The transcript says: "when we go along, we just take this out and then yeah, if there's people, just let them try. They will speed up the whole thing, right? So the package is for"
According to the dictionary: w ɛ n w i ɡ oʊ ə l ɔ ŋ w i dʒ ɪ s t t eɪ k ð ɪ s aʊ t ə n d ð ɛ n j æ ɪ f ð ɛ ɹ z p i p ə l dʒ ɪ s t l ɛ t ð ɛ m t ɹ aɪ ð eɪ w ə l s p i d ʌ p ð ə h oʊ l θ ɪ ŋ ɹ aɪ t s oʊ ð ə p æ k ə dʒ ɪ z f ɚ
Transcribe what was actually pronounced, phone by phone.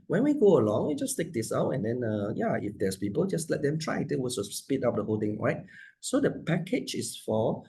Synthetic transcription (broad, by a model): w ɛ n w i ɡ oʊ ə l ɔ ŋ w i dʒ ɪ s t t eɪ k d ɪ s aʊ t ə n d ɛ n j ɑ ɪ f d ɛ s p i p ə l dʒ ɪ s l ɛ t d ɛ m t ɹ aɪ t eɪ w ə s s p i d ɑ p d ə h oʊ l t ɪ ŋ ɹ aɪ t s oʊ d ə p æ k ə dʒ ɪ s f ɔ